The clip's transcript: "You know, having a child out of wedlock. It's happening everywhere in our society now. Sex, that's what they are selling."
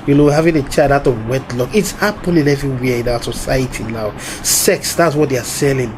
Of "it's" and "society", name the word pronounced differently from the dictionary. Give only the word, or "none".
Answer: none